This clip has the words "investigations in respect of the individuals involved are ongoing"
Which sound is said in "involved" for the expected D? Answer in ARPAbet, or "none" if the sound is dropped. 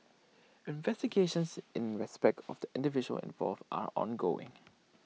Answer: none